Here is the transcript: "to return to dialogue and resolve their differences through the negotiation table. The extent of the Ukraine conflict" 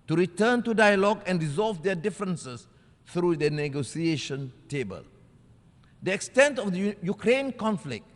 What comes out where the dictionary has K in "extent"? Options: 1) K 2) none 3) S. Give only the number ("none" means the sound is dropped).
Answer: 1